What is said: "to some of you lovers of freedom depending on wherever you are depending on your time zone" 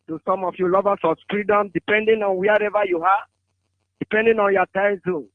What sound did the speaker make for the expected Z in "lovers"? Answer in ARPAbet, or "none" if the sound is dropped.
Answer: S